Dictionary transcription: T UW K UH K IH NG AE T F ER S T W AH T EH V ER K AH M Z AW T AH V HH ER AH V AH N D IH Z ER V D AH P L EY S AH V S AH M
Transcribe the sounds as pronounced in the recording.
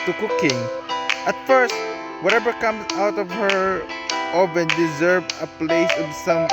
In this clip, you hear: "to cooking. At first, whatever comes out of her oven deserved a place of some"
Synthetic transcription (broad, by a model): T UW K UH K IH NG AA T F ER S T W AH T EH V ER K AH M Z AW T AH V HH ER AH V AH N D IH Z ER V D AH P L EY S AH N S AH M